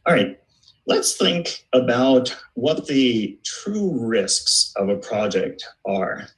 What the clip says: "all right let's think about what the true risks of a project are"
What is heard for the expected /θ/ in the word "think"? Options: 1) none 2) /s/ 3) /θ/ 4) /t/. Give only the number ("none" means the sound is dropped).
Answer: 3